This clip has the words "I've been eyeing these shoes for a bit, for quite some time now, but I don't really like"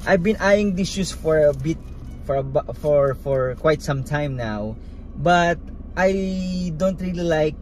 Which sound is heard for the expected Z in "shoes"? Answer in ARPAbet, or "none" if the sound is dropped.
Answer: S